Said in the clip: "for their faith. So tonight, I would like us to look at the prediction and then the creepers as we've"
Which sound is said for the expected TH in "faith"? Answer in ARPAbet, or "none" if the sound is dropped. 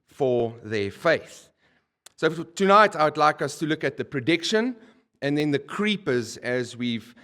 TH